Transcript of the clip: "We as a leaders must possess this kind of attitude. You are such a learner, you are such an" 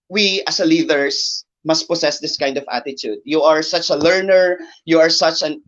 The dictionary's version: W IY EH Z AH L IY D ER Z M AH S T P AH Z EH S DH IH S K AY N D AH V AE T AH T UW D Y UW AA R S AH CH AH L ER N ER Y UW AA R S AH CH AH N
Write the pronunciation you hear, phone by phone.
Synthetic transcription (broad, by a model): W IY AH S AH L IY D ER S M AH S T P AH S EH S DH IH S K AY N D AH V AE T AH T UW D Y UW AA R S AH CH AH L ER N ER Y UW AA R S AH CH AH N